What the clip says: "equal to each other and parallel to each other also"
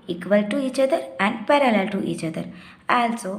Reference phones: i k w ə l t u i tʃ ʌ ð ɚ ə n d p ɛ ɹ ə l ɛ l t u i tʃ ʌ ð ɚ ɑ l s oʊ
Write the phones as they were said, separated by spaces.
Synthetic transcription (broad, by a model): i k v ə l t u i tʃ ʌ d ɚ ə n d p ɛ ɹ ə l ɛ l t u i tʃ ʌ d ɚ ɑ l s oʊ